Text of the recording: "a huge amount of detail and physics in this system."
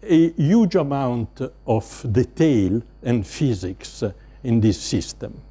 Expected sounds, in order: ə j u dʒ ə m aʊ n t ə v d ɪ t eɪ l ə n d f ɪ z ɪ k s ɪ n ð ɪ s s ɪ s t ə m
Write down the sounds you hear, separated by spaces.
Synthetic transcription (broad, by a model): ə j u dʒ ə m aʊ n t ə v d ɪ t eɪ l ə n d f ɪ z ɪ k s ɪ n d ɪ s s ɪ s t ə m